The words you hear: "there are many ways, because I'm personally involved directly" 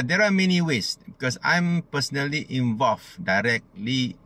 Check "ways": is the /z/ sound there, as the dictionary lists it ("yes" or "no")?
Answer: no